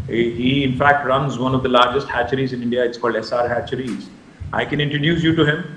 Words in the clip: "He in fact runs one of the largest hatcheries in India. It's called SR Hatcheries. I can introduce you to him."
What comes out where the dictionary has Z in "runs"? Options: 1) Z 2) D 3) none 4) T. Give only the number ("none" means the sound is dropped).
1